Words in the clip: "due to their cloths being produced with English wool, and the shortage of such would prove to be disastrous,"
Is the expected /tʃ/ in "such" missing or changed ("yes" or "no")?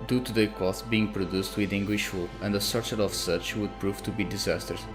no